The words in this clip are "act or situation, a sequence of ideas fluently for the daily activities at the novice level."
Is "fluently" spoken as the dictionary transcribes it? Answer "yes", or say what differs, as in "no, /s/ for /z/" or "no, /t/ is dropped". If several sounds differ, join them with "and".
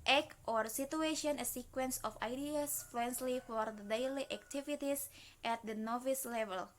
no, /s/ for /t/